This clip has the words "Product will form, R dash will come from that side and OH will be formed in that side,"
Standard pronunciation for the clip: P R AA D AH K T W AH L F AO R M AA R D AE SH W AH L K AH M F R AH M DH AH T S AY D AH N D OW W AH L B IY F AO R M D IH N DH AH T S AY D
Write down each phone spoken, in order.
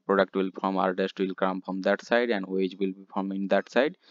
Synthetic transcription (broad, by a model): P R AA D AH K T W AH L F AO R M AA R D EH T W AH L K AH M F R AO M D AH T S AY D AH N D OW W AH L B IY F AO R M IH N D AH T S AY D